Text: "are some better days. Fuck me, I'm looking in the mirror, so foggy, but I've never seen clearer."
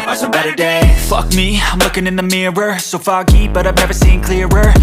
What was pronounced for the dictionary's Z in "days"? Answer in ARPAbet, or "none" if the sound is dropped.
none